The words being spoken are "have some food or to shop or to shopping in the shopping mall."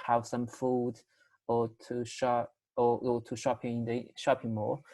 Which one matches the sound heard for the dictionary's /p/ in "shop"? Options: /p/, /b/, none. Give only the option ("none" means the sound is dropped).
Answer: none